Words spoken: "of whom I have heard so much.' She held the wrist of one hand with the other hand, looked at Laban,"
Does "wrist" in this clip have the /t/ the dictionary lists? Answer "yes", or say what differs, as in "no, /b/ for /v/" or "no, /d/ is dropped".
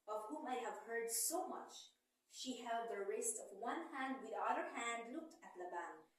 yes